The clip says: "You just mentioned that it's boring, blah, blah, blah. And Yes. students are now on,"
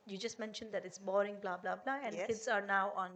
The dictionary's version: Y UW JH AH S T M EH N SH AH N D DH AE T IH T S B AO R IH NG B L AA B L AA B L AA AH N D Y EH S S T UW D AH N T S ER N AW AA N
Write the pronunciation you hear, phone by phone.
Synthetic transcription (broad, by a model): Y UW JH AH S T M EH N SH AH N D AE T IH T S B AO R IH NG B L AA B L AA B L AA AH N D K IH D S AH T N AW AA N